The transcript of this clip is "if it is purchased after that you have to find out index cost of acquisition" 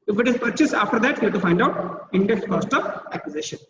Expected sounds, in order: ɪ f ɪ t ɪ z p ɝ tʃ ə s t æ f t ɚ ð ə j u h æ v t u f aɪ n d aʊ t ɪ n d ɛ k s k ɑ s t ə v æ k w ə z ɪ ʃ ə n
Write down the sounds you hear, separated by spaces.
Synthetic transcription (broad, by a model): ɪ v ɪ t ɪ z p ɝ tʃ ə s ɑ f t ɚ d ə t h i t u f aɪ n d aʊ t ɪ n d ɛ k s k ɑ s t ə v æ k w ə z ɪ ʃ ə n